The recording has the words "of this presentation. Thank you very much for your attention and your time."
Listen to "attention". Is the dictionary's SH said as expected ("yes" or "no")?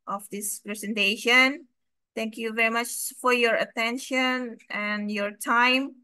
yes